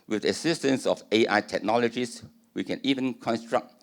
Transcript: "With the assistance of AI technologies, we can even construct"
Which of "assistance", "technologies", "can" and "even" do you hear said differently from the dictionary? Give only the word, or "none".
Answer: technologies